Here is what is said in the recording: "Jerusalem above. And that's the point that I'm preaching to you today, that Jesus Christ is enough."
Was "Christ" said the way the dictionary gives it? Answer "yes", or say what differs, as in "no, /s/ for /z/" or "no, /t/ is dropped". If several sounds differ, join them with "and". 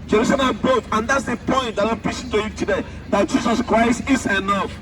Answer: yes